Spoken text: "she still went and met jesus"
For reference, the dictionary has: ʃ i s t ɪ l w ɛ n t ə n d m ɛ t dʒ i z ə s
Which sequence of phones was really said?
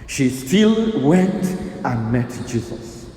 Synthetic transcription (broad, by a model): ʃ i s t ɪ l w ɛ n t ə n m ɛ t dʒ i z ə s